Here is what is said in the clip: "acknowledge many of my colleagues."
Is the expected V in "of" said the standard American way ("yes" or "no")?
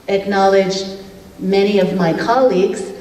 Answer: yes